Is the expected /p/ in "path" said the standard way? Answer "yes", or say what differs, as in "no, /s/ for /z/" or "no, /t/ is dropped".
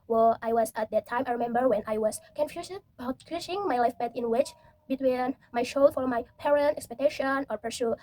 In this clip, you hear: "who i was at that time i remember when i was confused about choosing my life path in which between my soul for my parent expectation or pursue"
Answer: no, /b/ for /p/